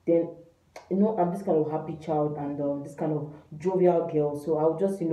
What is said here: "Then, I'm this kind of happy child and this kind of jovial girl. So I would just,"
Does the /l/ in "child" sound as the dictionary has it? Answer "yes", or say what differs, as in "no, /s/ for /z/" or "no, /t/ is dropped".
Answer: yes